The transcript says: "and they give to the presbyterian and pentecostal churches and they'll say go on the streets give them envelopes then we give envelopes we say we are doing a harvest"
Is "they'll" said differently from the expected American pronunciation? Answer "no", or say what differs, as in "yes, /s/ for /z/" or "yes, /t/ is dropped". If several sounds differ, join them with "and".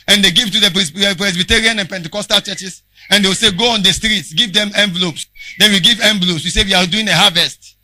yes, /w/ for /l/